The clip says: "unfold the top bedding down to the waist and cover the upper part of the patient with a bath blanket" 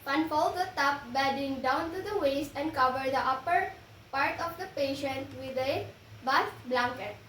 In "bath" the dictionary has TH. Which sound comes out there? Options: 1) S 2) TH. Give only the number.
1